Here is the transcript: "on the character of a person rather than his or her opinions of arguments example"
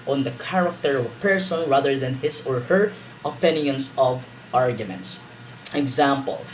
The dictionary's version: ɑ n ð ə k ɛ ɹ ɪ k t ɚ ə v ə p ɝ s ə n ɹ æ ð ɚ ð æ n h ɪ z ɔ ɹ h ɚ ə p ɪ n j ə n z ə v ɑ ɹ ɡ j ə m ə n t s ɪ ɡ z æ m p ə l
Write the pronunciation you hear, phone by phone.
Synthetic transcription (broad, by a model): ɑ n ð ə k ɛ ɹ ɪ k t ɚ ə v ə p ɝ s ə n ɹ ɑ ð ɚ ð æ n h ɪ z ɔ ɹ h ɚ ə p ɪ n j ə n s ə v ɑ ɹ ɡ j ə m ə n t s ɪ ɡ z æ m p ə l